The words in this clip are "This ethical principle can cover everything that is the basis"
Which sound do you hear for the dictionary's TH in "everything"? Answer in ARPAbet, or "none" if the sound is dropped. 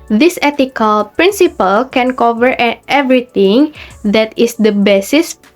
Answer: T